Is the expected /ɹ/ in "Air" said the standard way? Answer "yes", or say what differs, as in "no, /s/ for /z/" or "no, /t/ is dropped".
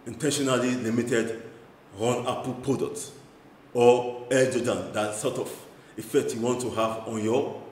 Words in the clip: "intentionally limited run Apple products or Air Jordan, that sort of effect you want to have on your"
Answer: no, /l/ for /ɹ/